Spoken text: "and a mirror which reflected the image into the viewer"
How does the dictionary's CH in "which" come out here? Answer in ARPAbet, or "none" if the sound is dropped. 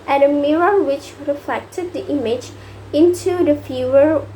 CH